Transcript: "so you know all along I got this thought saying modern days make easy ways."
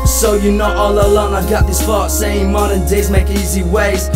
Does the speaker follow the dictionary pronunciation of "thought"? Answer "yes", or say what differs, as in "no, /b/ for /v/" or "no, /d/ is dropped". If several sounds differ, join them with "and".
no, /f/ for /θ/